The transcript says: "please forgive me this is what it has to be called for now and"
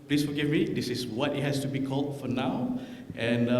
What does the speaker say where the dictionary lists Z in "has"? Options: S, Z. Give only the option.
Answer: S